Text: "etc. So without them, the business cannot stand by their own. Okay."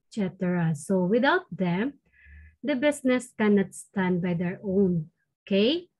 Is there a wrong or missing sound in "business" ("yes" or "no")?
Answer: yes